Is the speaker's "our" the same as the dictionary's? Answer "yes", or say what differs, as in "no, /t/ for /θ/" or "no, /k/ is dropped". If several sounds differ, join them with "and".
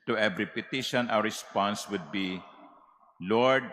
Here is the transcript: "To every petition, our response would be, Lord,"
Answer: no, /w/ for /ɹ/